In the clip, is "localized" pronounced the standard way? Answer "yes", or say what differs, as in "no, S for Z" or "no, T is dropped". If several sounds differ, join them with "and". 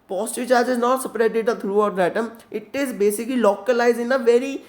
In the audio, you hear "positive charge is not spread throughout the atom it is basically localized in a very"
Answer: no, D is dropped